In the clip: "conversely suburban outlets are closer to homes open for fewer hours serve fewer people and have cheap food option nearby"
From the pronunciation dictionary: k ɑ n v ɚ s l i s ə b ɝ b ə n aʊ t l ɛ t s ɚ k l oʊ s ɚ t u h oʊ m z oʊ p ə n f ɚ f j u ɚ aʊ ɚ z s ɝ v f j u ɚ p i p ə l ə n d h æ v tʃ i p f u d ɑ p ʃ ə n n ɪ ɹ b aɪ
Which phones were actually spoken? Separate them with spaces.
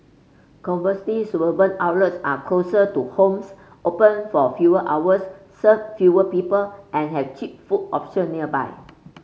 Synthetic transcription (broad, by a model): k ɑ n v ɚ s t i s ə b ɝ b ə n aʊ l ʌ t s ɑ k l oʊ s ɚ t u h oʊ m s oʊ p ə n f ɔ f j u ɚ aʊ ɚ s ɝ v f j u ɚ p i p ə l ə n h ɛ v tʃ i p f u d ɑ p ʃ ə n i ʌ b aɪ